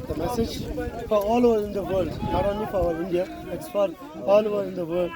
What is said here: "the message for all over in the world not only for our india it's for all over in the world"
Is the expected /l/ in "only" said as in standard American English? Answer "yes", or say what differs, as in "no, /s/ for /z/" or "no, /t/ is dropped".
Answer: no, /l/ is dropped